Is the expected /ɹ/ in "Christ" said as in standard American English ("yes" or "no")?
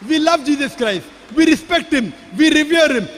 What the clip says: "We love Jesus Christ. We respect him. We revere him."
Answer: yes